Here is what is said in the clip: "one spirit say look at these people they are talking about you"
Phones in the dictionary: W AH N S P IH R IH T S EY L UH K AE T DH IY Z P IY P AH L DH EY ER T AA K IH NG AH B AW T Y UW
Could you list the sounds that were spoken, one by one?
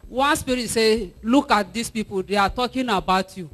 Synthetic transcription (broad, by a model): W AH N S P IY R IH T S EY L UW K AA T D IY S P IY P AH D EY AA T AA K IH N AH B AW T Y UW